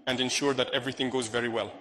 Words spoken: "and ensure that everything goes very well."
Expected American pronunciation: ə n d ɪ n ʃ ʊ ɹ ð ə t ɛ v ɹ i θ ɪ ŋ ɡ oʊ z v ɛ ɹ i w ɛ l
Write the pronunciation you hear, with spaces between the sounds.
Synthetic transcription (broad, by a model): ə n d ɪ n ʃ ʊ ɹ ð ə t ɛ v ɹ i θ ɪ ŋ ɡ oʊ z v ɛ ɹ i w ɛ l